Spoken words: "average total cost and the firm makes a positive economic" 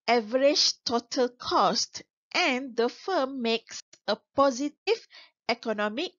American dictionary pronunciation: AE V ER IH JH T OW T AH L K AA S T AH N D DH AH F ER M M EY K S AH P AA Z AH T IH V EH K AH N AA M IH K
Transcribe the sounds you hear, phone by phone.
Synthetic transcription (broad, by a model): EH V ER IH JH T OW T AH L K AA S T AH N D AH F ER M M EY K S AH P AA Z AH T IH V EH K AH N AA M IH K